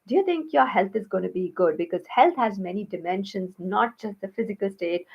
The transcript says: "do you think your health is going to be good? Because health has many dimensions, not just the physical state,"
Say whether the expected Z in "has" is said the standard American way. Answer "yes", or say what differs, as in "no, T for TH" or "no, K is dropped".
yes